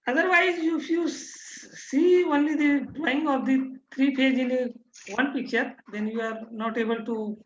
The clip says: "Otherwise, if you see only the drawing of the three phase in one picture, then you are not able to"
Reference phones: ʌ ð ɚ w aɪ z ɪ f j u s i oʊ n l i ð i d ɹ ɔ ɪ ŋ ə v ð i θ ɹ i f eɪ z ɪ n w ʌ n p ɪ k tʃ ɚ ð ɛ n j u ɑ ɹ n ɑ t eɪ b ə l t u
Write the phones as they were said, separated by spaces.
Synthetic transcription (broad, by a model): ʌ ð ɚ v aɪ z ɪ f j u s i oʊ n l i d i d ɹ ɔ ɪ ŋ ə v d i t ɹ i p eɪ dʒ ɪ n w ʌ n p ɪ k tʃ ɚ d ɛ n j u ɑ ɹ n ɑ t eɪ b ə l t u